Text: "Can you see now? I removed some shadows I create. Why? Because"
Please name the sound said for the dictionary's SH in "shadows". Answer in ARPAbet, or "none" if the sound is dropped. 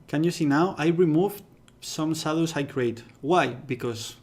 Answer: S